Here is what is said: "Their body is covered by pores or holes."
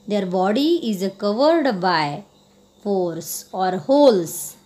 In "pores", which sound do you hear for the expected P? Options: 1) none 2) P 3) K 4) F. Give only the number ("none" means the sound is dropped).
4